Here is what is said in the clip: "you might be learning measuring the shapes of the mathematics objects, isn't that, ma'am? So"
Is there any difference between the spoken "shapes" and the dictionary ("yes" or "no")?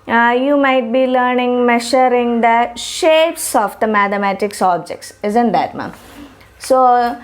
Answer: no